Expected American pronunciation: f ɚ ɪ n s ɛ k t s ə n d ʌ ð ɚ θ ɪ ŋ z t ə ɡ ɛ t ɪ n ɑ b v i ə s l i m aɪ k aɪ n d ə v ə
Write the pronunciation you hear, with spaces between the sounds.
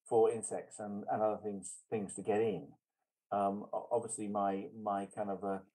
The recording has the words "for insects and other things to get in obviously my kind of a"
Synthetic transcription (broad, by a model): f ɚ ɪ n s ɛ k t s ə n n ʌ ð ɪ θ ɪ ŋ z t ə ɡ ɛ t ɪ n ɑ b v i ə s l i m aɪ k aɪ n d ə v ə